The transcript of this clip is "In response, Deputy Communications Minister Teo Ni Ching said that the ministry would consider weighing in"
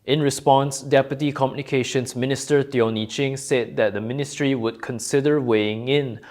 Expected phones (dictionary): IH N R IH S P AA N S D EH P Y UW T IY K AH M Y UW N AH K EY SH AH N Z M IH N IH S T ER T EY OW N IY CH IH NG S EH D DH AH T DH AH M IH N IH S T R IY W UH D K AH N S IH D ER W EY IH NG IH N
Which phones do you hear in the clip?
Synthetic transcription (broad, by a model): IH N R IH S P AA N S D EH P Y UW T IY K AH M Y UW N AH K EY SH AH N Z M IH N IH S T ER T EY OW N IY CH IH NG S EH D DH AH T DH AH M IH N IH S T R IY W UH D K AH N S IH D ER W EY IH NG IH N